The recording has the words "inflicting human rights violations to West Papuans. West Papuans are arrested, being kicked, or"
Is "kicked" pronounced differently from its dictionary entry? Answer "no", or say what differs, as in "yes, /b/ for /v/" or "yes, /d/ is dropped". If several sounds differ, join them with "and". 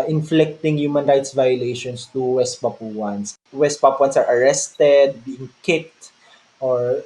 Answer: no